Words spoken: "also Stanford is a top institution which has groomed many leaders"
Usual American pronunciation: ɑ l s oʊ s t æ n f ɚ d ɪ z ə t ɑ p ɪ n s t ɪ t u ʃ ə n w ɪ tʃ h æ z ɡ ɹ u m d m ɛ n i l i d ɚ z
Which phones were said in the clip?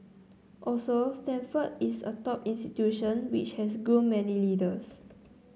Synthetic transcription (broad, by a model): ɑ l s oʊ s t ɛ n f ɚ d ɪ s ə t ɑ p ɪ n s t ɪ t u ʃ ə n w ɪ tʃ h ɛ s ɡ u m m ɛ n i l i d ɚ s